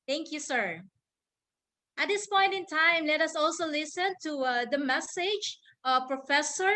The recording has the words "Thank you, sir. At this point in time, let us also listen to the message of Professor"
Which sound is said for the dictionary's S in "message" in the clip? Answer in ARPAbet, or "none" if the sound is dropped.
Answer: S